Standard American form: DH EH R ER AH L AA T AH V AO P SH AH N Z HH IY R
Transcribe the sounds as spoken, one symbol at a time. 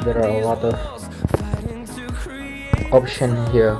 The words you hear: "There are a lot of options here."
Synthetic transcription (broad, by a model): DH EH R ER AH L AA T AH V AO P SH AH N HH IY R